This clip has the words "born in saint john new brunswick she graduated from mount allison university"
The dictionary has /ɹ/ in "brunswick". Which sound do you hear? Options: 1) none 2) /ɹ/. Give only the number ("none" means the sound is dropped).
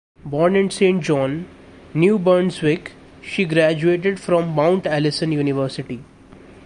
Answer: 1